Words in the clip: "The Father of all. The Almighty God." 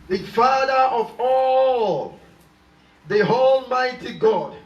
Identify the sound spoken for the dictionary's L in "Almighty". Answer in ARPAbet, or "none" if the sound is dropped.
L